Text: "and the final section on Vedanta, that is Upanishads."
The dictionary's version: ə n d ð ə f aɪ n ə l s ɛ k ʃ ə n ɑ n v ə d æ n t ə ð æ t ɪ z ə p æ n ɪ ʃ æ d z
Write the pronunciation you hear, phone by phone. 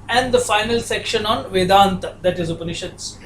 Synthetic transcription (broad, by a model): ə n d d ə f aɪ n ə l s ɛ k ʃ ə n ɑ n v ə d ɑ n t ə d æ t ɪ z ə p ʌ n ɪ ʃ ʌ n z